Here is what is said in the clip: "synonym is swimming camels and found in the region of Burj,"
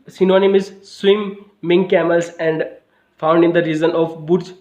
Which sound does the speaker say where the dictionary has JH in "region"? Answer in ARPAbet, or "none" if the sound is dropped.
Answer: Z